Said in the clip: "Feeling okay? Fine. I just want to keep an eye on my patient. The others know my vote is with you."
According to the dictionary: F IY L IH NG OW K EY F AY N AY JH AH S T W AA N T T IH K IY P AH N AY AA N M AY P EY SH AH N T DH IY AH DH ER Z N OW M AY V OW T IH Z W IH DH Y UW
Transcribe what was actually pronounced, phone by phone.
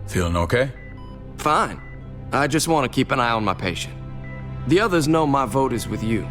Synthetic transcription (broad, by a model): F IY L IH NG OW K EY F AY N AY JH AH S T W AA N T T IH K IY P AH N AY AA N M AY P EY SH AH N T DH IY AH DH ER Z N OW M AY V OW T IH Z W IH DH Y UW